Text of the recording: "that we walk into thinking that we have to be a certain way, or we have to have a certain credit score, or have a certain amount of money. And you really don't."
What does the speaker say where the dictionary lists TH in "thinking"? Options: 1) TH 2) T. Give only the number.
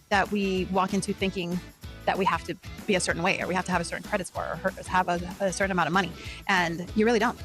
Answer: 1